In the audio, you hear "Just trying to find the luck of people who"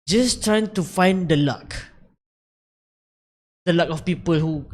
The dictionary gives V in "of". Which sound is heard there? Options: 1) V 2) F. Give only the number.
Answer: 2